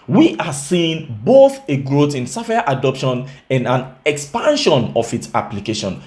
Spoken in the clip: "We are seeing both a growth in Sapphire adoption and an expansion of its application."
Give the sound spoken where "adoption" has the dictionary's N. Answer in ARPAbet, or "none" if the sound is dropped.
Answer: N